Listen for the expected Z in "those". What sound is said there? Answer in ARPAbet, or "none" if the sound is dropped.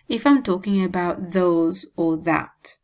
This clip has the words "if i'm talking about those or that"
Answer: Z